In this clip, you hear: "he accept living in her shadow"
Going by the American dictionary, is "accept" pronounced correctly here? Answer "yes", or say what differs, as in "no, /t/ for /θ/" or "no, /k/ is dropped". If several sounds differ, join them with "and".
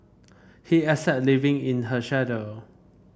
no, /k/ is dropped and /p/ is dropped